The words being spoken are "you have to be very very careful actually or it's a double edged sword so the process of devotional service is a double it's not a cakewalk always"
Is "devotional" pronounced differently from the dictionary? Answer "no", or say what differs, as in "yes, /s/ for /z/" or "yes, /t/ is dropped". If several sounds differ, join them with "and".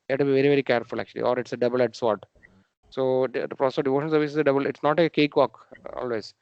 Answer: yes, /n/ is dropped and /n/ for /l/